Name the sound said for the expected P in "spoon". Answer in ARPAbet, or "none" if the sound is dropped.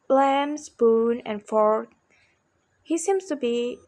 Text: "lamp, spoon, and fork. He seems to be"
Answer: B